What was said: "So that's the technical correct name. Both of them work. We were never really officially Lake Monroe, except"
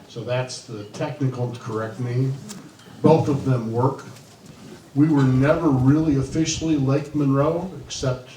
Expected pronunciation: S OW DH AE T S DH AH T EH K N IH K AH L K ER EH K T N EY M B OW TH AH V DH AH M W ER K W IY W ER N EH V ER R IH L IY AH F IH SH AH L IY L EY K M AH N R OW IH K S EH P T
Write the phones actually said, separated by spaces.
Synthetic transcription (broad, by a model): S OW DH AE T S DH AH T EH K N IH K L K ER EH K T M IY B OW TH AH V DH AH M W ER K W IY W ER N EH V ER R IH L IY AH F IH SH L IY L EY K M AH N R OW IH K S EH P T